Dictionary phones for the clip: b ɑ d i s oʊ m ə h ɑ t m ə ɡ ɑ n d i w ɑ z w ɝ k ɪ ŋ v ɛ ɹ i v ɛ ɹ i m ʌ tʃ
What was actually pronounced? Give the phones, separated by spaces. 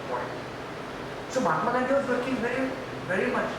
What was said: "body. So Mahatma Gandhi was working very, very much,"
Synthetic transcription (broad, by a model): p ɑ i s oʊ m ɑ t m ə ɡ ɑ d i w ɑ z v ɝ k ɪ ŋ v ɛ ɹ i v ɛ ɹ i m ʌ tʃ